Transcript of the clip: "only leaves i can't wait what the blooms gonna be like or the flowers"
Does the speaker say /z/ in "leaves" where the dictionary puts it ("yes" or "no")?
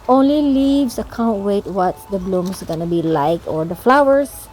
no